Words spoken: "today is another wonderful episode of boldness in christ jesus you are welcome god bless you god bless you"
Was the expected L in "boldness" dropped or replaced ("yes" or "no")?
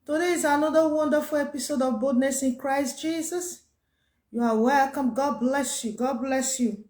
yes